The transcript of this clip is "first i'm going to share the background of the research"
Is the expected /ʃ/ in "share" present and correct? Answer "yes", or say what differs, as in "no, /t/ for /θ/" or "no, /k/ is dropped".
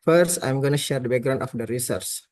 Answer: yes